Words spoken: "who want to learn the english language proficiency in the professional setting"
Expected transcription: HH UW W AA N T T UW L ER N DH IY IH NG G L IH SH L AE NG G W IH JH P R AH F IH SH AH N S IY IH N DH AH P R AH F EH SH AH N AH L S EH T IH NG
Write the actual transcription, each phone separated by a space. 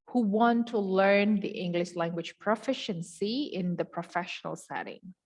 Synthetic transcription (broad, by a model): HH UW W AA N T T UW L ER N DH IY IH NG G L IH SH L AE NG G W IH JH P R AH F IH SH AH N S IY IH N DH AH P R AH F EH SH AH N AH L S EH T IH NG